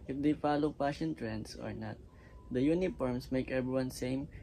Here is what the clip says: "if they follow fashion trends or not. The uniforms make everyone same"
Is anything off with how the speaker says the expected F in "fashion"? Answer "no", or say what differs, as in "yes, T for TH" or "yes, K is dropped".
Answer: yes, P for F